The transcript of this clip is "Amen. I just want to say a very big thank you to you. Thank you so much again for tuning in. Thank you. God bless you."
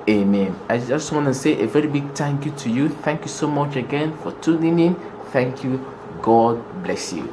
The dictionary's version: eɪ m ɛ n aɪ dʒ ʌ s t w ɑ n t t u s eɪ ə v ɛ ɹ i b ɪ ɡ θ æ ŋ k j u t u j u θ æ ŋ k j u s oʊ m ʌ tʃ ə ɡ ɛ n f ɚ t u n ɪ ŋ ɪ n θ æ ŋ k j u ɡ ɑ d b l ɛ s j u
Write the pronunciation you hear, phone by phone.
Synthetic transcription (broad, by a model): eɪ m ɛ n aɪ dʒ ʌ s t w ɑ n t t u s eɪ ə v ɛ ɹ i b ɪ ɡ t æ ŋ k j u t u j u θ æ ŋ k j u s oʊ m ʌ tʃ ə ɡ ɛ n f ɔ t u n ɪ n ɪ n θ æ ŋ k j u ɡ ɑ d b l ɛ s j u